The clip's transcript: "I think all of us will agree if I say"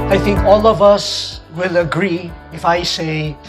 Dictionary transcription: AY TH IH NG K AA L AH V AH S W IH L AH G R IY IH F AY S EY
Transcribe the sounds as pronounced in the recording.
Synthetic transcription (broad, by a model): AY TH IH NG K AA L AH V AH S W IH L AH G R IY IH F AY S EY